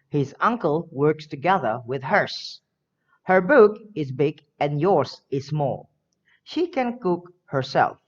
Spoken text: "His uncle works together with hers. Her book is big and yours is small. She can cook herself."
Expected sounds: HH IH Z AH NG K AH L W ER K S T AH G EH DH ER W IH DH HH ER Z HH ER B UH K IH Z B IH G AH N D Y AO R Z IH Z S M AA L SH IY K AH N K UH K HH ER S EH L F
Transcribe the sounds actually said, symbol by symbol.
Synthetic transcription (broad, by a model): HH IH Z AH NG K AH L W ER K S T AH G EH DH ER W IH DH HH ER S HH ER B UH K IH Z B IH G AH N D Y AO R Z IH Z S M AA L SH IY K AH N K UH K HH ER S EH L F